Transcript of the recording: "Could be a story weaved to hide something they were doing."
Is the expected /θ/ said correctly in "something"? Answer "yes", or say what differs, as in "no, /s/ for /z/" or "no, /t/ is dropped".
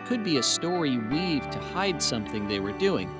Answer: yes